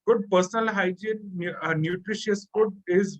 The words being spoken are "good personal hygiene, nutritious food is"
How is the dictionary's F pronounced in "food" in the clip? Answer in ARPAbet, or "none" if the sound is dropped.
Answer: P